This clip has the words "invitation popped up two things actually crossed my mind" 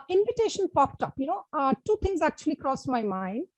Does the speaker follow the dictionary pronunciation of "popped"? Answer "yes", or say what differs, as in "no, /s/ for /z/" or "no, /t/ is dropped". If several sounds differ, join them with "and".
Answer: yes